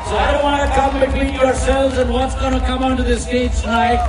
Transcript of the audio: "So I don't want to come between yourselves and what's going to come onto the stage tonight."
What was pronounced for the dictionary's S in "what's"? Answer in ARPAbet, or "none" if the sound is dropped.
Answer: S